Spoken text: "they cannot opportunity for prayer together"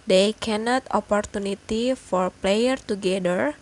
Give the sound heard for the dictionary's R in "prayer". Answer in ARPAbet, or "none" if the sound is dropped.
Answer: L